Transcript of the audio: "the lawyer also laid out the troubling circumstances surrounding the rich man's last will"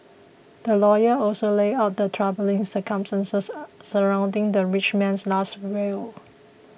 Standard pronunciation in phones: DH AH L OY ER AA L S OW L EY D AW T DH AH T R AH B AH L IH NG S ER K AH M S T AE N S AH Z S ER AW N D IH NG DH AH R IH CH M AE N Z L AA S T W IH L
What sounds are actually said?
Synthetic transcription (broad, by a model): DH AH L OY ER AA L S OW L EY AW T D AH T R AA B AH L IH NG S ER K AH M S T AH N S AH S ER AW N D IH NG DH AH R IH CH M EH N S L AA S T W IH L